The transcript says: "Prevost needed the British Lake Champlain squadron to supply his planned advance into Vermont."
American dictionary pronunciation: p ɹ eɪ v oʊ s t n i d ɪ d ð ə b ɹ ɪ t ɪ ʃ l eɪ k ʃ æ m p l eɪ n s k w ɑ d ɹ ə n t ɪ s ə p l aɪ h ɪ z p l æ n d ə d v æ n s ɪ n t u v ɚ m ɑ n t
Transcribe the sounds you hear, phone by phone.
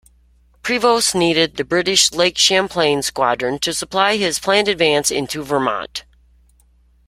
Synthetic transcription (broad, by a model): p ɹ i v oʊ s n i d ɪ d ð ə b ɹ ɪ t ɪ ʃ l eɪ k ʃ æ m p l eɪ n s k w ɑ d ɹ ə n t ɪ s ə p l aɪ ɪ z p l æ n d ə d v æ n s ɪ n t u v ɚ m ɑ n t